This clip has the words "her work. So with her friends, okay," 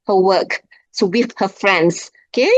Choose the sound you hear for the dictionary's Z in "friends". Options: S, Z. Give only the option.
S